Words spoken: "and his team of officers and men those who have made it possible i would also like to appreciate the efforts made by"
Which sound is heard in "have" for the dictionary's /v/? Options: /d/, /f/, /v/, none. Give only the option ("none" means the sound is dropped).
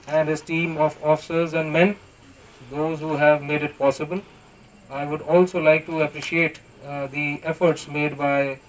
/v/